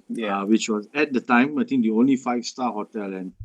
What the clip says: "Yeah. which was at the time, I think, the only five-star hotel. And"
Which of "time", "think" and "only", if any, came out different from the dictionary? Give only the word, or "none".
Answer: think